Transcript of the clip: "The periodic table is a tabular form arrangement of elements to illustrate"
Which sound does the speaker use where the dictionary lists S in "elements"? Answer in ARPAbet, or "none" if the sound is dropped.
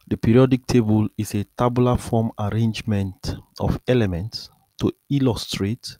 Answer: S